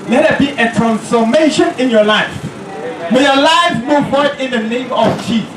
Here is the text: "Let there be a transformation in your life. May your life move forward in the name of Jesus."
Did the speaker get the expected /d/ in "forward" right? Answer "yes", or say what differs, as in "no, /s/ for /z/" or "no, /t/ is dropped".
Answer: no, /d/ is dropped